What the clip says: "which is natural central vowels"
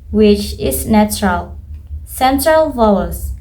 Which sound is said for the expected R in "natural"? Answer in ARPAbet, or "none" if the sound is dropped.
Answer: R